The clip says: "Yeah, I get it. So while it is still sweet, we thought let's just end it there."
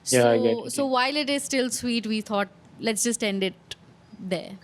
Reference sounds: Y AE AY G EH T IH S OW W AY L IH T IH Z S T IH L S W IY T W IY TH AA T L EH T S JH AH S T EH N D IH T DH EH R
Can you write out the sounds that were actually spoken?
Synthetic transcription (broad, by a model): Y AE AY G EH IH S OW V AY L IH T IH Z S T IH L S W IY T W IY T AA T L EH T S JH AH S T EH N D IH T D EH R